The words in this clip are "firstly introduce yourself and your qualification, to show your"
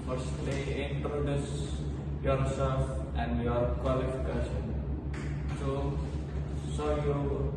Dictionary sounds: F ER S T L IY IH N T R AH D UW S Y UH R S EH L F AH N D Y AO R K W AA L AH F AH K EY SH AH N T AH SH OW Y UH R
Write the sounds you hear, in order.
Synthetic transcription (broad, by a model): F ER S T L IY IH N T R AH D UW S Y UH R S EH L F AH N D Y AO R K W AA L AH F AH K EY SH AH N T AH S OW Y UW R